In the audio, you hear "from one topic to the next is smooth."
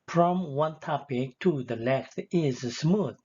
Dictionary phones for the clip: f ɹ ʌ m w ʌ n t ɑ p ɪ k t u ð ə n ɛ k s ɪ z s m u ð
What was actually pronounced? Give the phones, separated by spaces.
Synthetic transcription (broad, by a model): f ɹ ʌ m w ʌ n t ɑ p ɪ k t u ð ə l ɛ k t ɪ z s m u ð